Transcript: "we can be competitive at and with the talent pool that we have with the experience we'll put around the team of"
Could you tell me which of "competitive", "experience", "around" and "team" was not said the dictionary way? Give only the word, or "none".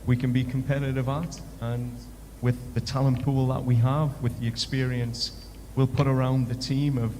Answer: none